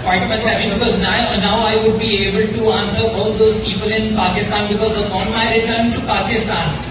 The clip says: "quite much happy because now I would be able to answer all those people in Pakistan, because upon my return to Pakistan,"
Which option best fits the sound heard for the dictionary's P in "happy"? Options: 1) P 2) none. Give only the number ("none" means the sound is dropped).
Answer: 2